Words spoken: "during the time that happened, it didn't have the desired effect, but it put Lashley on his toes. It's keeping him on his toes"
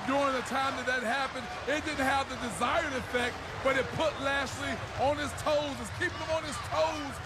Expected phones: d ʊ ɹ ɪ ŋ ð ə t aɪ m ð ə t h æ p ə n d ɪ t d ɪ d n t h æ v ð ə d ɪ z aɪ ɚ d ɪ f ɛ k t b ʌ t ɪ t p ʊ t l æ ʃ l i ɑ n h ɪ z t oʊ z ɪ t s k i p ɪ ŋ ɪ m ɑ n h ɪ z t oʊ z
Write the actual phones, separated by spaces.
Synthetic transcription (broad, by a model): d ʊ ɹ ɪ ŋ ð ə t aɪ m ð ə t h æ p ə n d ɪ t d ɪ d n t h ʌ v ð ə d ɪ z aɪ ɚ d ɪ f ɛ k t b ʌ t ɪ t p ʊ t l æ s l i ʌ n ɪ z t oʊ z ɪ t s k i p ɪ ŋ ɪ m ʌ n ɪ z t oʊ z